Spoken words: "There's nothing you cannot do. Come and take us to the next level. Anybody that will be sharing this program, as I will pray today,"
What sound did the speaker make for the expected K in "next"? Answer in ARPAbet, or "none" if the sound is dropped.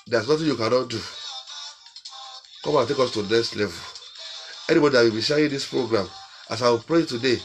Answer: none